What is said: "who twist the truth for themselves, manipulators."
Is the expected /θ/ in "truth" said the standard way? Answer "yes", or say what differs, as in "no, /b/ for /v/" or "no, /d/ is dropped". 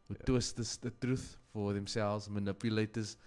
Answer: yes